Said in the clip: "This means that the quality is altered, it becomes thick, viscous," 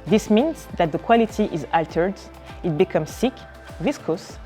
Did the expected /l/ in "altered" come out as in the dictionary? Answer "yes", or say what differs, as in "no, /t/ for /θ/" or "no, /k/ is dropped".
yes